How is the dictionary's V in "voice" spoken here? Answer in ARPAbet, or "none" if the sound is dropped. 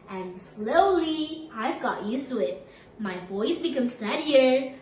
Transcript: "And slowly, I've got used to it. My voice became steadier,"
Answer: V